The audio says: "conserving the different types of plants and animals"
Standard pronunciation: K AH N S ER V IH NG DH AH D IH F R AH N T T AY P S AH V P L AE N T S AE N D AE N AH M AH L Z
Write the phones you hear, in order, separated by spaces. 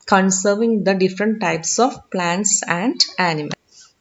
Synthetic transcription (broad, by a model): K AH N S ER V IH NG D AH D IH F R AH N T T AY P S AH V P L AE N T S AE N D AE N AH M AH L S